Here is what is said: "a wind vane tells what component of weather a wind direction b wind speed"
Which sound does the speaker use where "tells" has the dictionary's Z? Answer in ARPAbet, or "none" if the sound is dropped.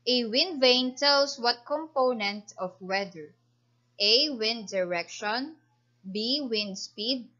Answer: S